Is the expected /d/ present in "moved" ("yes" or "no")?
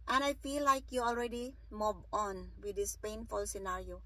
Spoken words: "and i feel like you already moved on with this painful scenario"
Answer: no